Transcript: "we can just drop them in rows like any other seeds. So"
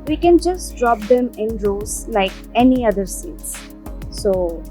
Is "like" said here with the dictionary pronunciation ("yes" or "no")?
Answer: yes